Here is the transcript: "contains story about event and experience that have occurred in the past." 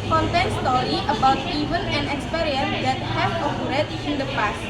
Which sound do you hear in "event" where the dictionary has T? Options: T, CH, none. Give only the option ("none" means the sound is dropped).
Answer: none